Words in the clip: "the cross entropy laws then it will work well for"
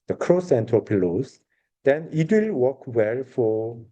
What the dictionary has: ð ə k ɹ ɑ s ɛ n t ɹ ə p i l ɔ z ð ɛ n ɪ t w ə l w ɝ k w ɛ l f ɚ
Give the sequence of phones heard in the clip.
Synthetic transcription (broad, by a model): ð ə k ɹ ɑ s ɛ n t ə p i l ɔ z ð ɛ n ɪ t w ə l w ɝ k w ɛ l f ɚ